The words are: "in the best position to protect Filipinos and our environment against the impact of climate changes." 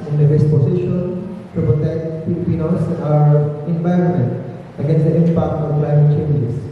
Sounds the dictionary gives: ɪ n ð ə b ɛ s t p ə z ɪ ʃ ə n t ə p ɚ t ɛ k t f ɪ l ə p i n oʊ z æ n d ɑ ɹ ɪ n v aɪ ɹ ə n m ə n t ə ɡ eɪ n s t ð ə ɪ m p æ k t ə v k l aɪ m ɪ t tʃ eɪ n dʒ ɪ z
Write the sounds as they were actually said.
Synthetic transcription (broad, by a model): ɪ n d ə b ɛ s t p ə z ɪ ʃ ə n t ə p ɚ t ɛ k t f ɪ l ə p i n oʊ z ɑ ɹ ɪ n v aɪ ɹ ə n m ə n t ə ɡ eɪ n s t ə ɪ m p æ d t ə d k l aɪ m ɪ t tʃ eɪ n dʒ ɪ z